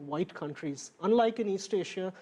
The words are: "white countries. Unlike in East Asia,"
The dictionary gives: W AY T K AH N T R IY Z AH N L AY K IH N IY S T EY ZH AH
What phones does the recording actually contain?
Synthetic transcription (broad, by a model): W AY T K AH N T R IY Z AH N L AY K IH N IY S T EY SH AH